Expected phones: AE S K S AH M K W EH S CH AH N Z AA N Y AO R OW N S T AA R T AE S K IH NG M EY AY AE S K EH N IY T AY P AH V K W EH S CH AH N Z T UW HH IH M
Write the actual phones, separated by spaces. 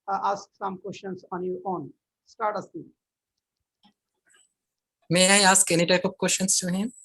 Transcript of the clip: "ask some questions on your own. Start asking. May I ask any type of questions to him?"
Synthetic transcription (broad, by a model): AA S K S AH M K W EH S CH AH N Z AA N Y AO R OW N S T AA R T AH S IH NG M EY AY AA S K EH N IY T AY P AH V K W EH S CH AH N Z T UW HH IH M